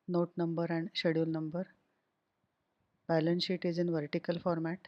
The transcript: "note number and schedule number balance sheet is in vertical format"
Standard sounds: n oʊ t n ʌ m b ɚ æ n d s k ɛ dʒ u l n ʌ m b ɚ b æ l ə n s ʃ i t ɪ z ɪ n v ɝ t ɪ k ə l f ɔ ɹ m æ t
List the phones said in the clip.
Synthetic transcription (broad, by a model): n oʊ t n ʌ m b ɚ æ n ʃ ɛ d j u l n ʌ m b ɚ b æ l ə n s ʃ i t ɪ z ɪ n v ɝ t ɪ k ə l f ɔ ɹ m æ t